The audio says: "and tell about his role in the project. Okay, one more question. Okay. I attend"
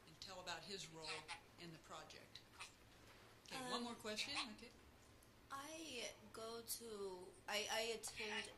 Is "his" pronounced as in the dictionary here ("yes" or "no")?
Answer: yes